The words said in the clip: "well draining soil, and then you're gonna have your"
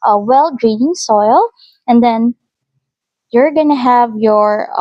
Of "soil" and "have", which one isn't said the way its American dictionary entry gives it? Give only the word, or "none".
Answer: none